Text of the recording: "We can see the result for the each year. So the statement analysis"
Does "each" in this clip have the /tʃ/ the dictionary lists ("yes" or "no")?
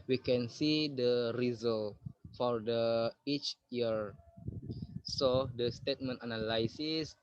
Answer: yes